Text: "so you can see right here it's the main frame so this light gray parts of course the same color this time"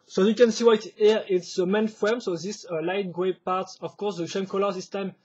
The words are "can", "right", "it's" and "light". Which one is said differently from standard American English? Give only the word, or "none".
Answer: right